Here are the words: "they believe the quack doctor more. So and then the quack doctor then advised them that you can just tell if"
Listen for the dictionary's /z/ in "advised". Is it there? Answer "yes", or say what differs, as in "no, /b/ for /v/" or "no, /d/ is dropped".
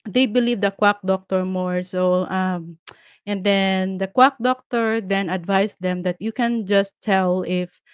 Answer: no, /s/ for /z/